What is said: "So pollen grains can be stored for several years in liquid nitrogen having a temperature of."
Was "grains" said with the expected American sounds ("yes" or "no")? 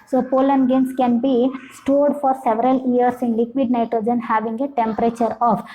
no